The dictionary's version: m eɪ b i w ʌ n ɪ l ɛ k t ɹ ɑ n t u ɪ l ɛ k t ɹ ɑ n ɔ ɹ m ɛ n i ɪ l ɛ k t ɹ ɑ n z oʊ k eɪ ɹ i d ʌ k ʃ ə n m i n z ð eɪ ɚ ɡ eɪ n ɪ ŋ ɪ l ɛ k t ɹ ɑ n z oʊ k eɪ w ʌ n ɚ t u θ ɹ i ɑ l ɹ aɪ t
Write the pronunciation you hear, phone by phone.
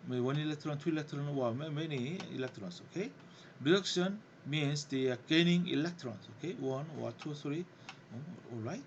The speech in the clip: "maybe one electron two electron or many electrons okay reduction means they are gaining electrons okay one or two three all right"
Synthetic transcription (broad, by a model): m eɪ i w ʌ n ɪ l ɛ k t ɹ ɑ n t u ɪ l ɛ k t ɹ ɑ n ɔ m m ɛ n i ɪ l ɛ k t ɹ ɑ n s oʊ k eɪ ɹ i d ʌ k ʃ ə n m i n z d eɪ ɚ ɡ eɪ n ɪ ŋ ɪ l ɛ k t ɹ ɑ n s oʊ k eɪ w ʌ n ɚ t u s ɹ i ɑ l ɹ aɪ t